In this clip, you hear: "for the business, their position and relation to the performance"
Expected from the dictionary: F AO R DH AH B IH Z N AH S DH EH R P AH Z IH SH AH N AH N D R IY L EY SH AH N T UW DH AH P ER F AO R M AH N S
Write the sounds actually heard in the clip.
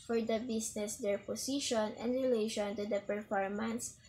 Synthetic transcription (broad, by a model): F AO R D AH B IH S N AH S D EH R P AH S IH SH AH N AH N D R IY L EY SH AH N T UW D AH P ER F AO R M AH N S